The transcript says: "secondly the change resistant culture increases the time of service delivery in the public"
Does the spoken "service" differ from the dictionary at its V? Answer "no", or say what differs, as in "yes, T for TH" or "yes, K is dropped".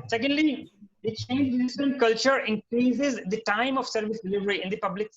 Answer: no